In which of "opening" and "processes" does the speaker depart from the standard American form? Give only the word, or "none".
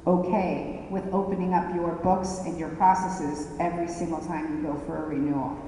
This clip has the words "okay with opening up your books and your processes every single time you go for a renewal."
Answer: none